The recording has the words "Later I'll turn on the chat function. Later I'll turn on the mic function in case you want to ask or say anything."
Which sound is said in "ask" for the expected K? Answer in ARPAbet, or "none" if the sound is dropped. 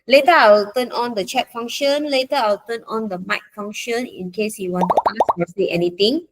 none